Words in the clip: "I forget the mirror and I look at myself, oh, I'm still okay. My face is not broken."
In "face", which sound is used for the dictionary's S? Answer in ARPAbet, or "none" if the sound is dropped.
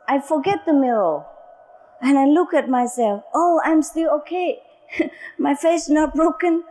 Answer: none